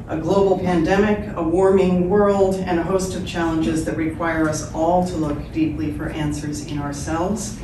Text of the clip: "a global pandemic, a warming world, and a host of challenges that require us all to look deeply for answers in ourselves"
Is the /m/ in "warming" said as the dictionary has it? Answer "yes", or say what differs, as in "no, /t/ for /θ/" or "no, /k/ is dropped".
yes